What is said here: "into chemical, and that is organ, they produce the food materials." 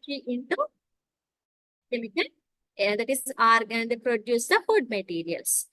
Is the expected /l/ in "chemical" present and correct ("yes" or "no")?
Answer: no